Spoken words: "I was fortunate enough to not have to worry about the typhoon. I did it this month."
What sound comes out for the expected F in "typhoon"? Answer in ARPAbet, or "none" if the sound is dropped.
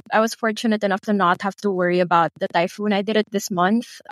F